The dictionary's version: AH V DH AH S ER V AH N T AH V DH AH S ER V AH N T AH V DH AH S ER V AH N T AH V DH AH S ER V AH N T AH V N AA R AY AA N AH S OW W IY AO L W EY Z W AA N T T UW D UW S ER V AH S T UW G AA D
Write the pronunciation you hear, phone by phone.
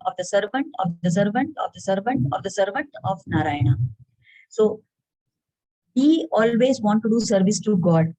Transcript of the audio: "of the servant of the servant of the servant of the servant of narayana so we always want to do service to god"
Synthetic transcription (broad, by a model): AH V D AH S ER V AH N T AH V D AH S ER V AH N T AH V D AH S ER V AH N T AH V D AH S ER V AH N T AH V N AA R AY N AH S OW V IY AO L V EY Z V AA N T T UW D UW S ER V AH S T UW G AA D